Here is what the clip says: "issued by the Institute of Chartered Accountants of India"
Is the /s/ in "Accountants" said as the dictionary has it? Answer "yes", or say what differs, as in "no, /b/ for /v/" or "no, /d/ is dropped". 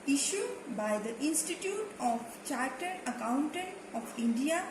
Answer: no, /s/ is dropped